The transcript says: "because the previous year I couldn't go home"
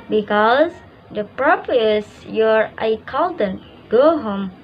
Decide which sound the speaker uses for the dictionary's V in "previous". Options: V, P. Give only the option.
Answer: P